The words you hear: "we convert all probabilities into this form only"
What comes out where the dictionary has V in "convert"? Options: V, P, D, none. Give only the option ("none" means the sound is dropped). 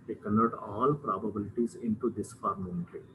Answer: none